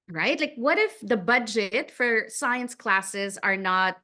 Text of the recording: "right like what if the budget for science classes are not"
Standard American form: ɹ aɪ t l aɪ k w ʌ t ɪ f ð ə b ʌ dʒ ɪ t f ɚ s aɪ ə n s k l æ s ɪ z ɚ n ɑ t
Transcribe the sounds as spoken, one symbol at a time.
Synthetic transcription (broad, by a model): ɹ aɪ t l aɪ k w ʌ t ɪ f ð ə b ʌ dʒ ɪ t f ɚ s aɪ ə n s k l æ s ɪ z ɚ n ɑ t